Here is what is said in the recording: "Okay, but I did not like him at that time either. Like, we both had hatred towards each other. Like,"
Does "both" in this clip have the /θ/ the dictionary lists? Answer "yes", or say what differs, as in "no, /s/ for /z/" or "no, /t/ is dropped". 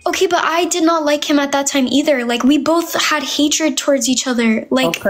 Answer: yes